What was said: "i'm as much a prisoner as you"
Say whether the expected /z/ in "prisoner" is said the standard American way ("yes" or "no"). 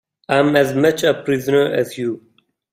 yes